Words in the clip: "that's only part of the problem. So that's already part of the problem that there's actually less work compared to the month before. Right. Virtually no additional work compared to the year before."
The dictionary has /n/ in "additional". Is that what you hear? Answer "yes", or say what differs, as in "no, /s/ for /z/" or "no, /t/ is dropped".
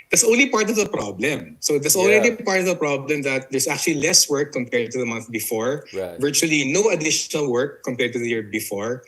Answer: yes